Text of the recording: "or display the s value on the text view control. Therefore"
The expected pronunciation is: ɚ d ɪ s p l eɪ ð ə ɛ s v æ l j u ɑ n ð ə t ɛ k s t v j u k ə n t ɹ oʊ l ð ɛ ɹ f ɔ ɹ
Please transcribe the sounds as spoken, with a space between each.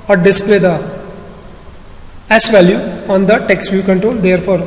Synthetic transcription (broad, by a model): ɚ d ɪ s p l eɪ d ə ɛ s v æ l j u ɑ n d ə t ɛ k s t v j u k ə n t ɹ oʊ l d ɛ ɹ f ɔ ɹ